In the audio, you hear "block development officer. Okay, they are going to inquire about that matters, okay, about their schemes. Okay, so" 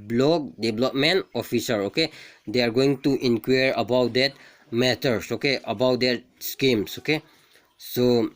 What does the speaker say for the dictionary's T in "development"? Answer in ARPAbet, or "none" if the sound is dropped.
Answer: none